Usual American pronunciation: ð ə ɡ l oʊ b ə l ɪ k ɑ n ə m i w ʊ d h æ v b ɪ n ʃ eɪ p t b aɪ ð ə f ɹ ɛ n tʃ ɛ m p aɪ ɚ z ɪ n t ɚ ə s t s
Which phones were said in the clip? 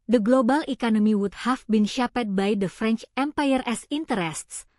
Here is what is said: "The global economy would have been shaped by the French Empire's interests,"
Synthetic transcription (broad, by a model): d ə ɡ l oʊ b ə l ɪ k ɑ n ə m i w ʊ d h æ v b ɪ n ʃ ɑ p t b aɪ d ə f ɹ ɛ n tʃ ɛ m p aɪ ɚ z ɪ n t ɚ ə s t s